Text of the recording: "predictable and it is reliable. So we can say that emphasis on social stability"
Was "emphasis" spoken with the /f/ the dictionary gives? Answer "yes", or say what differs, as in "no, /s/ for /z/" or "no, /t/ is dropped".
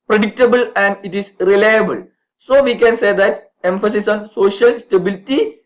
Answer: yes